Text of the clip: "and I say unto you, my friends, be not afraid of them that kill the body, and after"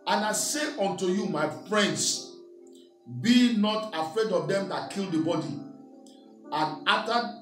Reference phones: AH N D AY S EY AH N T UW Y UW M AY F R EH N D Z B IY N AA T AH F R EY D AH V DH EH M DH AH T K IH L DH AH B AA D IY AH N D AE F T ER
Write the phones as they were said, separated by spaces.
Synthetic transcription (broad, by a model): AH N AY S EY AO N T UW Y UW M AY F R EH N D S B IY N AA T AH F R EY D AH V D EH M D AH T K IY L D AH B AA D IY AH N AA T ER